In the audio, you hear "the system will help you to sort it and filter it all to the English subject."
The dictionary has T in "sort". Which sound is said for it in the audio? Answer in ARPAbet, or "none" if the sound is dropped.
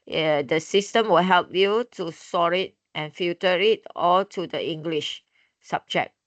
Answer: none